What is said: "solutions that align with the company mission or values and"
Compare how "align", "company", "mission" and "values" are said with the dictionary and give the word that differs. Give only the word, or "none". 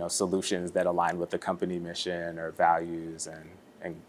none